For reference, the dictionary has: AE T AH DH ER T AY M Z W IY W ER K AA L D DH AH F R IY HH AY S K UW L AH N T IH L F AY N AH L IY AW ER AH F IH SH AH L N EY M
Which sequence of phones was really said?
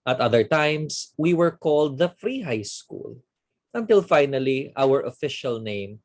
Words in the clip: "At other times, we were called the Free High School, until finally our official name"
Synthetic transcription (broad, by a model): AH T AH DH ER T AY M S W IY W ER K AA L D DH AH F R IY HH AY S K UW L AH N T IH L F AY N AH L IY AW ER AH F IH SH AH L N EY M